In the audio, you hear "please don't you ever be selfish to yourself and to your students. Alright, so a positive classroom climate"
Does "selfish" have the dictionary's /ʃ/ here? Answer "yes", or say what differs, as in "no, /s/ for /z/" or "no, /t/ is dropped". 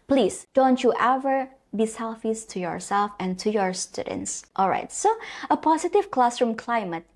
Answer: no, /s/ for /ʃ/